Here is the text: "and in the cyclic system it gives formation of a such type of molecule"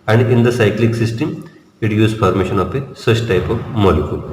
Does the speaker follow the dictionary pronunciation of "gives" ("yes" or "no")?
no